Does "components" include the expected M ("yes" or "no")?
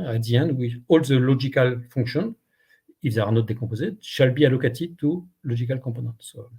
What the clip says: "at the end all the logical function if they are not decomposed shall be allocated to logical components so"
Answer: no